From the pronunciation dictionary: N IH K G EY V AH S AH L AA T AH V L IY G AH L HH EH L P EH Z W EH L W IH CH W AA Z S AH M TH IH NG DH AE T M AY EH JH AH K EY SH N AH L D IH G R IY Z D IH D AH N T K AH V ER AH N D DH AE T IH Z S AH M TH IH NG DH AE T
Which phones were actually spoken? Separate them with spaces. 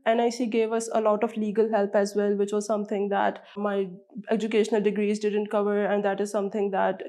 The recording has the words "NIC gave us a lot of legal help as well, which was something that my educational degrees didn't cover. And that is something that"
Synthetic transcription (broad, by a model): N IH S G EY V AH S AH L AA T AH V L IY G AH L HH EH L P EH Z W EH L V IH CH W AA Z S AH M T IH NG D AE T M AY EH JH AH K EY SH N AH L D IH G R IY Z D IH D AH N T K AH V ER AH N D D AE T IH Z S AH M T IH NG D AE T